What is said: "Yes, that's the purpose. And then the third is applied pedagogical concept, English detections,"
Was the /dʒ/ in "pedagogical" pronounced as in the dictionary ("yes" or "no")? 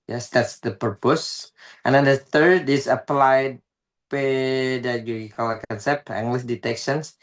no